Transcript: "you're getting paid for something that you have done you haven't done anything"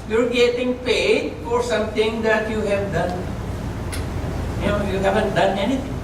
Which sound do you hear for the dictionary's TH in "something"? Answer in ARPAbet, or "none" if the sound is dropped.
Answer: T